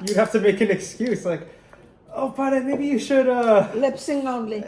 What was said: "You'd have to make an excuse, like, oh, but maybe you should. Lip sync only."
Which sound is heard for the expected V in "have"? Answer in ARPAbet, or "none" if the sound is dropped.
F